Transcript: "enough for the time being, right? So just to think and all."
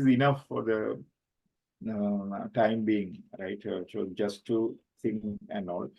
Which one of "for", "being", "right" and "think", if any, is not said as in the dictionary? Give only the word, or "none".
think